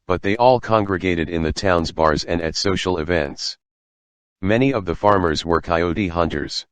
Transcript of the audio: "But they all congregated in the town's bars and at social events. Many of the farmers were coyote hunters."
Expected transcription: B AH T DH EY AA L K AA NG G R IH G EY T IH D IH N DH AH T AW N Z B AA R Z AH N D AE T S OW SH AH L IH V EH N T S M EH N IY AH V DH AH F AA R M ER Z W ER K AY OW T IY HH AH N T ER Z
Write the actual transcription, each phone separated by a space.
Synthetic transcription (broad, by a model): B AH T DH EY AA L K AA NG G R IH G EY T IH D IH N DH AH T AW N Z B AA R Z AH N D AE T S OW SH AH L IH V EH N T S M EH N IY AH V DH AH F AA R M ER Z W ER K AY OW T IY HH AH N T ER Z